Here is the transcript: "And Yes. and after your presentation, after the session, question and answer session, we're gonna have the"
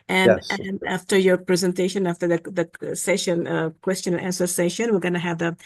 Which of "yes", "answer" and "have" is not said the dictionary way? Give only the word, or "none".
yes